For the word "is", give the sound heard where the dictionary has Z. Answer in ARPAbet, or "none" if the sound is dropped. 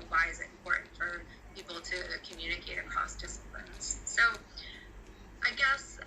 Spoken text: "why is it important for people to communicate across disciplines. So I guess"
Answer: Z